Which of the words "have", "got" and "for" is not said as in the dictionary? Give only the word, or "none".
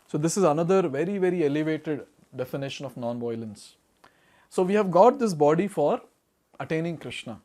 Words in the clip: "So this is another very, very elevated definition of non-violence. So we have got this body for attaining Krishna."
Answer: none